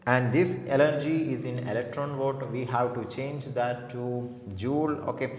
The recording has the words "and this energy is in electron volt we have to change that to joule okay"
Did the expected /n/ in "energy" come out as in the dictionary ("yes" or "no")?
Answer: no